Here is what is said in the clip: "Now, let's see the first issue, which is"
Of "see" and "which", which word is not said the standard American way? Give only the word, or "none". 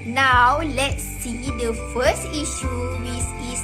which